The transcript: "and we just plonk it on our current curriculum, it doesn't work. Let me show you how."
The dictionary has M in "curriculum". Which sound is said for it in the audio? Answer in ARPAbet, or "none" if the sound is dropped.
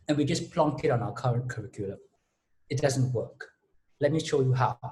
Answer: none